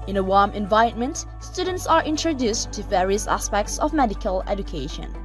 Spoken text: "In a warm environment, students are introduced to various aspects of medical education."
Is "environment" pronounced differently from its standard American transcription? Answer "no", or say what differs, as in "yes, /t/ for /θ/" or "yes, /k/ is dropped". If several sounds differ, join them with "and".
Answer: yes, /ɹ/ is dropped